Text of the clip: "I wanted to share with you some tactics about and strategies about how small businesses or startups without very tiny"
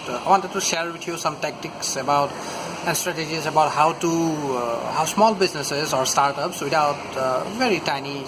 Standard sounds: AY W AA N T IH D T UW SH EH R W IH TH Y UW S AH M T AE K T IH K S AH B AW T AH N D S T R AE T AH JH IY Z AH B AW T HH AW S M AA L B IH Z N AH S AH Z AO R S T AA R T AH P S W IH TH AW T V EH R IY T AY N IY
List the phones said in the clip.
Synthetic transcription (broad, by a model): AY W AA N T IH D T UW SH EH R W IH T Y UW S AH M T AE K T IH K S AH B AW T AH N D S T R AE T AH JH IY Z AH B AW T HH AW S M AA L B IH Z N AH S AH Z AO R S T AA R T AH P S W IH T AW T V EH R IY T AY N IY